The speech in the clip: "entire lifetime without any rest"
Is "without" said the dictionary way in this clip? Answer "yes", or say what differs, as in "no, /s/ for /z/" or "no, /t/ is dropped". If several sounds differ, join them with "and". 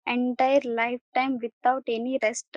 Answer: no, /t/ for /θ/